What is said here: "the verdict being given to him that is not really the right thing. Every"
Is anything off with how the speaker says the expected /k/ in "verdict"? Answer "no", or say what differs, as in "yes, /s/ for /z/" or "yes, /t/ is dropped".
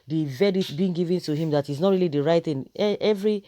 yes, /k/ is dropped